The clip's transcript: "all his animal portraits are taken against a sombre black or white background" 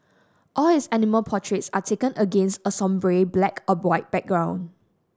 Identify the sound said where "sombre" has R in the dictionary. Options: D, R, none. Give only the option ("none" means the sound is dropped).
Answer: R